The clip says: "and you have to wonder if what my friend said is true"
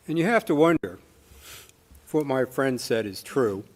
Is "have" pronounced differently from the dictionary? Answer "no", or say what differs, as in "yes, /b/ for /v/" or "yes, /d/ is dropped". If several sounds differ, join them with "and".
yes, /f/ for /v/